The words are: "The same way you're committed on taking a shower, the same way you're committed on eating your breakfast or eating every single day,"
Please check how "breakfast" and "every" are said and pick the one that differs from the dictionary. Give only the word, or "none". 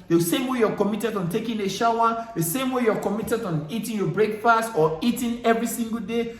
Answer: none